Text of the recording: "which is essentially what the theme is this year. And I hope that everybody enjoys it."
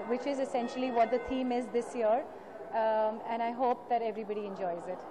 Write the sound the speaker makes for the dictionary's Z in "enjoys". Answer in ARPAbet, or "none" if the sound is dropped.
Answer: Z